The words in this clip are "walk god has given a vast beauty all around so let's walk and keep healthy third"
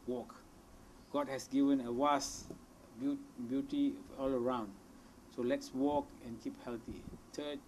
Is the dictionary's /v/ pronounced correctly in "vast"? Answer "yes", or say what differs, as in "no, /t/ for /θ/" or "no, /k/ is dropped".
no, /w/ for /v/